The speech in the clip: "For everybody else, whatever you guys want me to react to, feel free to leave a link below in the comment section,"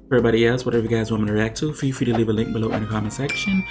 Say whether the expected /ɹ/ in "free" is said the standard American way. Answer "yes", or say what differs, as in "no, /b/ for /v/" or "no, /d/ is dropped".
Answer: no, /ɹ/ is dropped